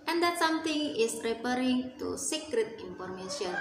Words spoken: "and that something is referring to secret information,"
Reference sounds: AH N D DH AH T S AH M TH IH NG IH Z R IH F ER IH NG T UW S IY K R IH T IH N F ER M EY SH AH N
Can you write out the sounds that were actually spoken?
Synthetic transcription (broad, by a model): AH N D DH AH T S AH M T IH NG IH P R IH P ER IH NG T UW S IY K R IH T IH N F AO M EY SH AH N